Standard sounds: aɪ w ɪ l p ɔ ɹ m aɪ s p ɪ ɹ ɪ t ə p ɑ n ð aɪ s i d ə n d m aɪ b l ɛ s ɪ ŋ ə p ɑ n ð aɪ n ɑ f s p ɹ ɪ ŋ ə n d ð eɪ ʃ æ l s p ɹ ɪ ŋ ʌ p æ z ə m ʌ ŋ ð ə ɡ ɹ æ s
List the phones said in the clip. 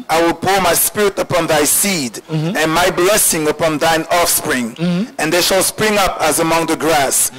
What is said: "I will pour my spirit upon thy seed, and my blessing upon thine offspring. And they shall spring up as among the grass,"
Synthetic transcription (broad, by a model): aɪ w ɪ l p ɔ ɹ m aɪ s p ɪ ɹ ɪ t ə p ɑ n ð aɪ s i d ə n m aɪ b l ɛ s ɪ ŋ ə p ɑ n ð aɪ n ɑ f s p ɹ ɪ ŋ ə n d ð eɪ ʃ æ l s p ɹ ɪ ŋ ʌ p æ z ə m ʌ ŋ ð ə ɡ ɹ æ s